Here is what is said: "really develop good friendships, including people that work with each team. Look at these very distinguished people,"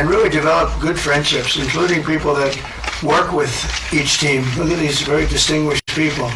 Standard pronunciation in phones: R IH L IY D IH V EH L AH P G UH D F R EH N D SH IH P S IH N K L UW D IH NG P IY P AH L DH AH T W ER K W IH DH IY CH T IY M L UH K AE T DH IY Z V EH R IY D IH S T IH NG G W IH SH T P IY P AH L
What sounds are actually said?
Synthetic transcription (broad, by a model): R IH L IY D IH V EH L AH P G UH D F R EH N D SH IH P S IH N K L UW D IH NG P IY P L DH AH T W ER K W IH DH IY CH T IY M L UH K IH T DH IY Z V EH R IY D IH S T IH NG G W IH SH P IY P L